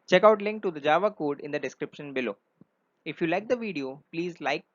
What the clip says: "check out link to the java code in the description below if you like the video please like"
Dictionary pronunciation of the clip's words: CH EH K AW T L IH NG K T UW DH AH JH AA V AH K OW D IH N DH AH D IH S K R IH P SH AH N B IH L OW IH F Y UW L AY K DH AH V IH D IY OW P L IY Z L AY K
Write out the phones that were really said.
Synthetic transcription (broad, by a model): CH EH K AW T L IH NG K T UW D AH JH AA V AH K OW D IH N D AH D IH S K R IH P SH AH N B IH L OW IH F Y UW L AY K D AH V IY D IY OW P L IY Z L AY K